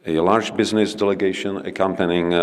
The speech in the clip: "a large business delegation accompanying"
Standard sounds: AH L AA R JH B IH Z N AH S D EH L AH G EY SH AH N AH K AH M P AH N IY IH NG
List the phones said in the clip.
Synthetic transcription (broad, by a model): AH L AA R JH B IH Z N AH S D EH L AH G EY SH AH N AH K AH M P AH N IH NG